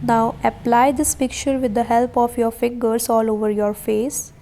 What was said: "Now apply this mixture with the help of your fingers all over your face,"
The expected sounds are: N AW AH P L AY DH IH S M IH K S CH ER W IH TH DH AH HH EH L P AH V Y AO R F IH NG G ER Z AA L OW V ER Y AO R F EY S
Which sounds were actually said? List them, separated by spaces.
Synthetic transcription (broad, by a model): N AW AH P L AY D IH S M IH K CH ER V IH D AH HH EH L P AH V Y AO R F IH NG G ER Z AA L OW V ER Y AO R F EY S